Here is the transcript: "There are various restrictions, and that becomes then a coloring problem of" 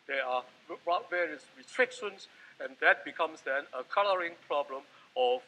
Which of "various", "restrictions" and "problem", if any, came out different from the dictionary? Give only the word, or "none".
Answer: restrictions